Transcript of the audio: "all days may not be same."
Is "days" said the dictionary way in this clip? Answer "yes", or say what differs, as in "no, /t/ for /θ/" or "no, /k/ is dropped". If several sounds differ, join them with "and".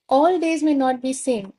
yes